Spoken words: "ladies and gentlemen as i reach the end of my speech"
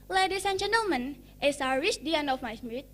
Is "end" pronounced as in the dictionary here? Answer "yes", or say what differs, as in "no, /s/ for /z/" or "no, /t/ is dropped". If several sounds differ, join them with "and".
no, /d/ is dropped